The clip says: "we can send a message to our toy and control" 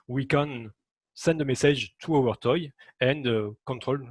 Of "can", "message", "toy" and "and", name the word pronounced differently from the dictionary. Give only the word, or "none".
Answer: message